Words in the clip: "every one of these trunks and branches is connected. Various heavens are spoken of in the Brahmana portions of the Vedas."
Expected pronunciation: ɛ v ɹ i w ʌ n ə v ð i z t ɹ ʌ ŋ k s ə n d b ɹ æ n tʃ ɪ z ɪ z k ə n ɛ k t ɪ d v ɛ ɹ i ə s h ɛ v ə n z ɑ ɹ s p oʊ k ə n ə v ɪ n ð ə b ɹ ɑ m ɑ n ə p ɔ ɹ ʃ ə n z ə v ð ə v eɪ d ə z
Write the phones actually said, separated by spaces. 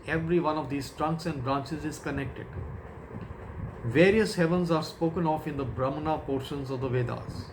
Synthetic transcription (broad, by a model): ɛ v ɹ i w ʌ n ə v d i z t ɹ ʌ ŋ k s ə n d b ɹ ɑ n tʃ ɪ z ɪ z k ə n ɛ k t ɪ d v ɛ ɹ i ə s h ɛ v ə n z ɑ ɹ s p oʊ k ə n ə f ɪ n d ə b ɹ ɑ m n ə p ɔ ɹ ʃ ə n z ə v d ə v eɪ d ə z